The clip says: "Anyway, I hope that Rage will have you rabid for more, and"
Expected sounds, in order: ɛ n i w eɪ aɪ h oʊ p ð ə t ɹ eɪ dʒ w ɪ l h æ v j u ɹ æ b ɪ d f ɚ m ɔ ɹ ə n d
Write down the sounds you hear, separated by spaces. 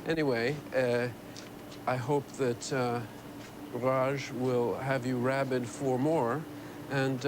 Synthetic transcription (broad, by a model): ɛ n i w eɪ aɪ h oʊ p ð ə t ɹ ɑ ʒ w ɪ l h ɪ v j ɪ ɹ æ b ɪ d f ɚ m ɔ ɹ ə n